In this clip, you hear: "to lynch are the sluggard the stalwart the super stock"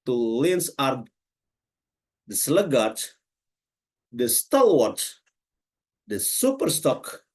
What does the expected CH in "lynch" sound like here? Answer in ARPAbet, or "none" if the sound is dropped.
S